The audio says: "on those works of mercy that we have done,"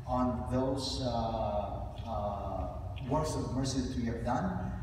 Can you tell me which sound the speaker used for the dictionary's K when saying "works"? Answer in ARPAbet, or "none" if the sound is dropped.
none